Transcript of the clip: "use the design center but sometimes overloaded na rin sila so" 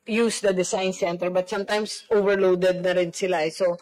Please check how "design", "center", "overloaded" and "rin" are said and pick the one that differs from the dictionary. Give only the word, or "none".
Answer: design